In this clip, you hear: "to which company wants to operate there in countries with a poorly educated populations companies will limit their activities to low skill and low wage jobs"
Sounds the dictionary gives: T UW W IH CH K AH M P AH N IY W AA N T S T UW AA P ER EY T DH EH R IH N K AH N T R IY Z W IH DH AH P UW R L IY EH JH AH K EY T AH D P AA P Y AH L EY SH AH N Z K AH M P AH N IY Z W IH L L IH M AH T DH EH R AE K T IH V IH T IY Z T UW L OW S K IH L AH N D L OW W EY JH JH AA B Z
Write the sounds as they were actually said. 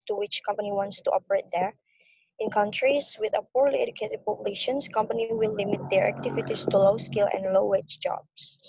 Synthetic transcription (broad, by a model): T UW W IH CH K AH M P AH N IY W AA N T S T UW AA P ER EY T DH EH R IH N K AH N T R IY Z W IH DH AH P UW R L IY EH JH AH K EY T AH D P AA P Y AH L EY SH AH N S K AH M P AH N IY W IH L L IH M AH T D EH R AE K T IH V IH T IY S T UW L OW S K IH L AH N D L OW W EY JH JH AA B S